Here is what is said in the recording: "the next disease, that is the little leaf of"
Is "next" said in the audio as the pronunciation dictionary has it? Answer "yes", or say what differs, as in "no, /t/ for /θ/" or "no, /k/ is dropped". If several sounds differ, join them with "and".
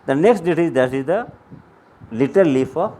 yes